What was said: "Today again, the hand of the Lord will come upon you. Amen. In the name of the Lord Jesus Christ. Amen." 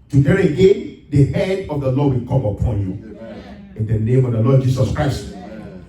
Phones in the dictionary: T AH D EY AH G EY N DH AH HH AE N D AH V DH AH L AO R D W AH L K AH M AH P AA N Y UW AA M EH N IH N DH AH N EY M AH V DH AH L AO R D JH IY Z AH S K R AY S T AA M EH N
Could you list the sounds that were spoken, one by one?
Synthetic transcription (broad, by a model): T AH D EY AH G EY N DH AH HH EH D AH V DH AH L AO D W AH L K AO M AH P AA N Y UW IH N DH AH N EY M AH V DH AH L AO D JH IY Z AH S K R AY S T